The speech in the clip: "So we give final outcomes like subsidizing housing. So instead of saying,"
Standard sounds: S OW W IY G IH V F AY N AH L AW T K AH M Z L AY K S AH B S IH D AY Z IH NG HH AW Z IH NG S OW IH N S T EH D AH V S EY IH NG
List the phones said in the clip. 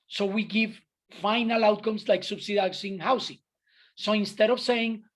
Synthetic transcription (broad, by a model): S OW W IY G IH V F AY N AH L AW T K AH M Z L AY K S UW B S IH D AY S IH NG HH AW S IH NG S OW IH N S T EH D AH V S EY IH NG